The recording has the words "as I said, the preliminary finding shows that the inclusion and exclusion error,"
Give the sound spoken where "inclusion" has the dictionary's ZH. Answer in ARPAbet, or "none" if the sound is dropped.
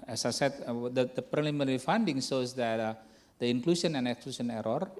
S